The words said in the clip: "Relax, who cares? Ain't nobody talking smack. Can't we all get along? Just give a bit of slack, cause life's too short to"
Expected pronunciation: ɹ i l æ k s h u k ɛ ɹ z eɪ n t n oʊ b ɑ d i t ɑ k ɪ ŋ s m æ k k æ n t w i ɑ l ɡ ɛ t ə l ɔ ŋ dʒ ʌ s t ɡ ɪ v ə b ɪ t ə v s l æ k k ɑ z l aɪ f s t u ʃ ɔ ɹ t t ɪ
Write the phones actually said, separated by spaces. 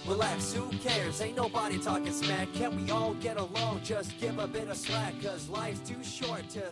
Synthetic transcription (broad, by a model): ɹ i l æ k s h u k ɛ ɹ s eɪ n n oʊ b ɑ d i t ɑ k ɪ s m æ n k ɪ n w i ɑ l ɡ ɛ t ə l ɔ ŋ dʒ ʌ s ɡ ɪ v ə b ɪ t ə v s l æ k k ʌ z l aɪ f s t u ʃ ɔ ɹ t t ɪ